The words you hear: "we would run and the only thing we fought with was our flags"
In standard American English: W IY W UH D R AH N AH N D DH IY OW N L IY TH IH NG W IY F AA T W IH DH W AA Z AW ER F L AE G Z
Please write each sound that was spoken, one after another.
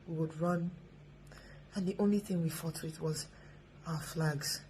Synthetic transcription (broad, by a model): W IY W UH D R AH N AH N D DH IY OW N L IY TH IH NG W IY F AA T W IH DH W AA Z AW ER F L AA G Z